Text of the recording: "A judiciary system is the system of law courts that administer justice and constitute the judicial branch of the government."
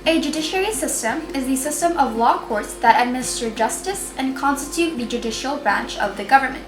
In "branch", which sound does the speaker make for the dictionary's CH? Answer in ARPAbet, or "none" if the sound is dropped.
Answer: CH